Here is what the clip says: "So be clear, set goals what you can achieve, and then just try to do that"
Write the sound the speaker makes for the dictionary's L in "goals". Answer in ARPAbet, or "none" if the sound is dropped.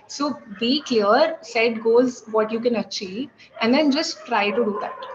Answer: none